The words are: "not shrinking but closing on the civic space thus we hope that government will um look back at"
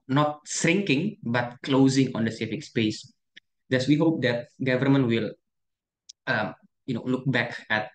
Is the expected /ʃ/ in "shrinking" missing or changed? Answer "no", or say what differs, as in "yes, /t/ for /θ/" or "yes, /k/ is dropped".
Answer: yes, /s/ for /ʃ/